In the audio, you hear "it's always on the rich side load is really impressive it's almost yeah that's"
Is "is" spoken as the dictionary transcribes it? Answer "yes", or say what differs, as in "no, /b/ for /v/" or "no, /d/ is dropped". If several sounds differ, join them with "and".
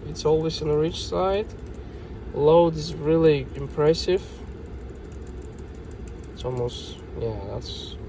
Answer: yes